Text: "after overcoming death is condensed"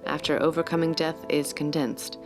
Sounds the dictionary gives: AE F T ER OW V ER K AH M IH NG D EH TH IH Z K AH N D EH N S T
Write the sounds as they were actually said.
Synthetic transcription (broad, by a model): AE F T ER OW V ER K AH M IH NG D EH TH IH Z K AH N D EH N S T